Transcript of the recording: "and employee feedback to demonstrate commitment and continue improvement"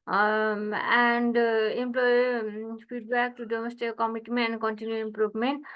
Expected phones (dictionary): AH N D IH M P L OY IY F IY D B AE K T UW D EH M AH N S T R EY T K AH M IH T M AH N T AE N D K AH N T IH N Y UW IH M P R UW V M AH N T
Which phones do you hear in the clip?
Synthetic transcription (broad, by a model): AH N D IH M P L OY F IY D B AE K T UW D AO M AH S T EY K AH M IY T M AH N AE N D K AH N T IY N Y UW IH M P R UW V M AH N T